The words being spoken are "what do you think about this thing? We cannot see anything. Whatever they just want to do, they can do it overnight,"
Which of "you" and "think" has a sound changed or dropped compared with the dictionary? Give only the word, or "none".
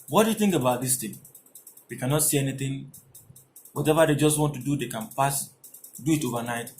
none